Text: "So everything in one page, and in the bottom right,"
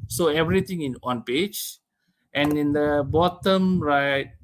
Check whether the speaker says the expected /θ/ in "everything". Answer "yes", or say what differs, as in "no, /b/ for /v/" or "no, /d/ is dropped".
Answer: no, /t/ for /θ/